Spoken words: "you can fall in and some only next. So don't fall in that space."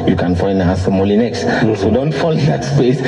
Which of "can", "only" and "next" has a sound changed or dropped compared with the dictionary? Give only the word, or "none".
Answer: only